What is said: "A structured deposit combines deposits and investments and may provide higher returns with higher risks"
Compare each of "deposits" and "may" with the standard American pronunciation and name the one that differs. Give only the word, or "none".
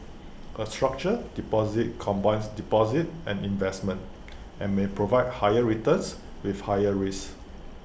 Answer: deposits